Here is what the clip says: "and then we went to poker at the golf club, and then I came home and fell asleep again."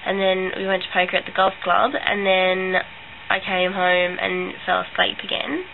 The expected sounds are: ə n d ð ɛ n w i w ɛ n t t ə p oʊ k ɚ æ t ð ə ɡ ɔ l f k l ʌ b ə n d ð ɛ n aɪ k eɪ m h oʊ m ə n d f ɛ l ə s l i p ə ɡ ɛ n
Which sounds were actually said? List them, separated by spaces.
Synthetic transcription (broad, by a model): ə n ð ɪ n w i w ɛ n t t ə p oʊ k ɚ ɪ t ð ə ɡ ɔ l f k l ʌ b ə n ð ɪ n aɪ k eɪ m h oʊ m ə n f ɛ l ə s l i p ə ɡ ɛ n